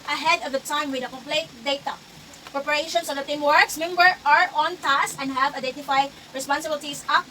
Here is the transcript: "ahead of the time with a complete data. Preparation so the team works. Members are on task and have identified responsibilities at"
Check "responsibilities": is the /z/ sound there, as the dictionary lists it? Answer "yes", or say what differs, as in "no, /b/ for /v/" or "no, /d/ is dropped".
no, /s/ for /z/